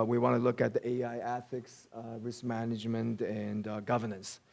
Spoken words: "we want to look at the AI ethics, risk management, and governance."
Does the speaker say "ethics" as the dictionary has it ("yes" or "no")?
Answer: yes